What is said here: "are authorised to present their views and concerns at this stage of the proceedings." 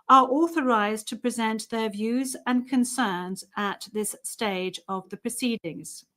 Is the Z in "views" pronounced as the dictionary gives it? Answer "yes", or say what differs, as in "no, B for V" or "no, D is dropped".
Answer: yes